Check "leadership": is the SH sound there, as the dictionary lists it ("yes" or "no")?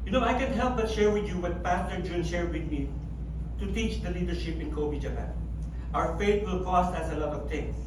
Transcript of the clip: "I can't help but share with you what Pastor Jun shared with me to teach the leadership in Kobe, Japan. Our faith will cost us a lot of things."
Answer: yes